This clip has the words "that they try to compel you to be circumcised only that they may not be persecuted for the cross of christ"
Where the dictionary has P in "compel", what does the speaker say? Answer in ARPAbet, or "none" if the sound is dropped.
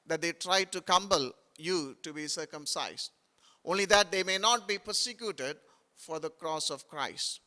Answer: B